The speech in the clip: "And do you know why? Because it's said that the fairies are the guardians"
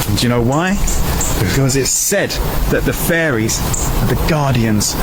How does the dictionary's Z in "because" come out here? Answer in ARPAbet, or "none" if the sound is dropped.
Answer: Z